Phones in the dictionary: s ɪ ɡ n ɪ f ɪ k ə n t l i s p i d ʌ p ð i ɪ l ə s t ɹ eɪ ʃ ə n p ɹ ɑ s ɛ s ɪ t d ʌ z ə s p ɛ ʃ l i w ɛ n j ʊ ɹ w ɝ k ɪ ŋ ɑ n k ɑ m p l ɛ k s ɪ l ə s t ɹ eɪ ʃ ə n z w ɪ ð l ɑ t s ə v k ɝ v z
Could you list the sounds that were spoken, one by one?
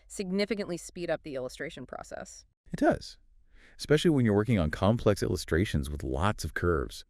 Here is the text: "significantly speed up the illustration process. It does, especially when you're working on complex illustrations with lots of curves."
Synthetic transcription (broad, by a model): s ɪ ɡ n ɪ f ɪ k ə n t l i s p i d ʌ p ð i ɪ l ə s t ɹ eɪ ʃ ə n p ɹ ɑ s ɛ s ɪ t d ʌ z ə s p ɛ ʃ l i w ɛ n j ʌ ɹ w ɝ k ɪ ŋ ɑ n k ɑ m p l ɛ k s ɪ l ə s t ɹ eɪ ʃ ə n z w ɪ ð l ɑ t s ə v k ɝ v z